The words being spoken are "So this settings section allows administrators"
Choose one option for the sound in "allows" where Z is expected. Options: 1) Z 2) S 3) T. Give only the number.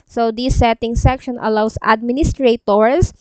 2